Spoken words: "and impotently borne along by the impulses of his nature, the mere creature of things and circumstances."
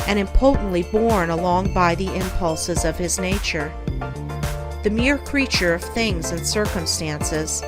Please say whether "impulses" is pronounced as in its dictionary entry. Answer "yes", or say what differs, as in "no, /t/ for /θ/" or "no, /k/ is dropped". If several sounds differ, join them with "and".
yes